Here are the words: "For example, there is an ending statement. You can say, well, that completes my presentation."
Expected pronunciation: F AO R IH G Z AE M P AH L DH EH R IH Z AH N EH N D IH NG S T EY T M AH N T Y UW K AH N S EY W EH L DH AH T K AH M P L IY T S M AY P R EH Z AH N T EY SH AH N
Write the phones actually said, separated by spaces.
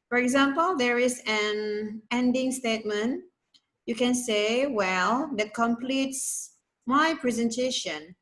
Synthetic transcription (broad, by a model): F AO R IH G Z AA M P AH L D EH R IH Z AH N EH N D IH NG S T EY T M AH N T Y UW K AH N S EY W EH L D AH T K AH M P L IY T S M AY P R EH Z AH N T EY SH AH N